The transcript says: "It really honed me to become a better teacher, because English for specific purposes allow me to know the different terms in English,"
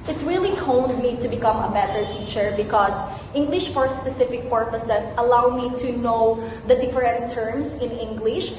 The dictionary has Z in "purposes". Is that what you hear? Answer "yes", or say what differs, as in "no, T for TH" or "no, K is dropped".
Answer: no, S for Z